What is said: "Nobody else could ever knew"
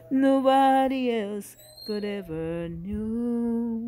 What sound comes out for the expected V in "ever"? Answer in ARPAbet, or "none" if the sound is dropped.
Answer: V